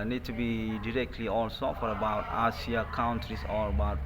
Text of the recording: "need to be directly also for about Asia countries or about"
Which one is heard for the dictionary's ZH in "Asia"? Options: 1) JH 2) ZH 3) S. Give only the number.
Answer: 3